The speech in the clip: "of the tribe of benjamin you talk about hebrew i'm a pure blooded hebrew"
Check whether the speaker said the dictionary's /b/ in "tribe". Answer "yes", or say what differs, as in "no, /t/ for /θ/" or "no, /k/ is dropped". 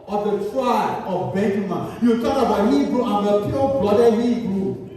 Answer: no, /b/ is dropped